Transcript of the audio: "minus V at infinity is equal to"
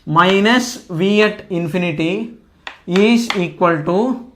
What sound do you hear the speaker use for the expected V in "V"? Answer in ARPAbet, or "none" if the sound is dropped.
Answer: V